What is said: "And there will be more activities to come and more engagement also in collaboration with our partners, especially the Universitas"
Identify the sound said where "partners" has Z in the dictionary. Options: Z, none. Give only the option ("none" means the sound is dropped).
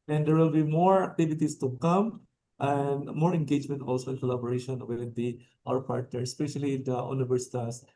none